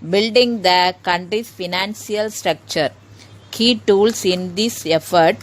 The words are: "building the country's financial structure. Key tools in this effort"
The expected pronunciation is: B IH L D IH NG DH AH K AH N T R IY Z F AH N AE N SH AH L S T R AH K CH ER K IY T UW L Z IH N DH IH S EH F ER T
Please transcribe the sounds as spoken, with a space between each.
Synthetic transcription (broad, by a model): B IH L D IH NG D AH K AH N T R IY S F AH N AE N S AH L S T R AH K CH ER K IY T UW L S IH N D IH S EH F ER T